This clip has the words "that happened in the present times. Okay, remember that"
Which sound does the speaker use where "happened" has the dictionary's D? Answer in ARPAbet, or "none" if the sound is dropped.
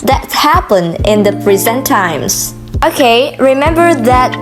none